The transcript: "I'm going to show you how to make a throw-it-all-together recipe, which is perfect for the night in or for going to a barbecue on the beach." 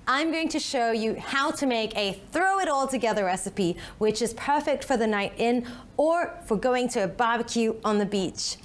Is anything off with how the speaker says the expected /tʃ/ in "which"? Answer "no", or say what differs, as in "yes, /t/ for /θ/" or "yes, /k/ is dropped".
no